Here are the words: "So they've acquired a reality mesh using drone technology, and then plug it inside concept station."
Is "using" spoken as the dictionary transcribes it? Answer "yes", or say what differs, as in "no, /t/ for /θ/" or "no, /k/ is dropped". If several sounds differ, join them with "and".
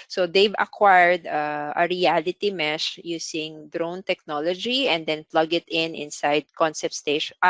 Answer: no, /s/ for /z/